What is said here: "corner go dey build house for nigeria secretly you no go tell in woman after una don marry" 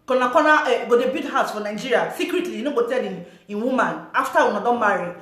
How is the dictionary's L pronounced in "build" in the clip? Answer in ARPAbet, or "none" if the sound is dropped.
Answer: none